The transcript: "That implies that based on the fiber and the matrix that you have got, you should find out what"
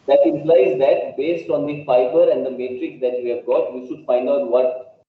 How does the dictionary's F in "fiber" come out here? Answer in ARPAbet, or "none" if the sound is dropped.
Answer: P